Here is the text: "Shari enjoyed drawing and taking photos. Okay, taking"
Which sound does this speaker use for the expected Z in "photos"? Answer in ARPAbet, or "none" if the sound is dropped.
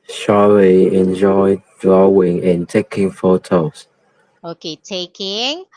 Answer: S